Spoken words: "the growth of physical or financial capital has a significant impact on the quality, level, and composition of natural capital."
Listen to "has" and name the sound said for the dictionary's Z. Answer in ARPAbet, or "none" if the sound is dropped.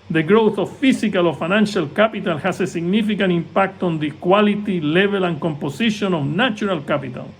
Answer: S